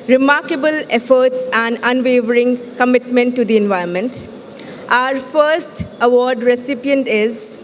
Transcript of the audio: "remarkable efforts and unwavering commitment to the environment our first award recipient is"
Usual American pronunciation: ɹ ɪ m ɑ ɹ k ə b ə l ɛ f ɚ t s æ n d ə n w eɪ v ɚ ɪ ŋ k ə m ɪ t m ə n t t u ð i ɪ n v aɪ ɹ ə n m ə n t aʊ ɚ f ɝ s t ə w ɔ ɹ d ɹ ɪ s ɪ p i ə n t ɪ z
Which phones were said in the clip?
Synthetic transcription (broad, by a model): ɹ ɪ m ɑ ɹ k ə b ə l ɛ f ɚ t s æ n d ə n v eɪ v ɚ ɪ ŋ k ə m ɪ t m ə n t t u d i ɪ n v aɪ ə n m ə n t aʊ ɚ f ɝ s t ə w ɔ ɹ d ɹ ɪ s ɪ p i ə n t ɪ z